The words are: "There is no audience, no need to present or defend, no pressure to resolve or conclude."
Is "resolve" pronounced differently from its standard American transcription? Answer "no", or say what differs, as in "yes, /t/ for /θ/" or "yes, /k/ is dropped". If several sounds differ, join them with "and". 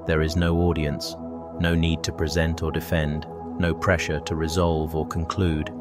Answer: no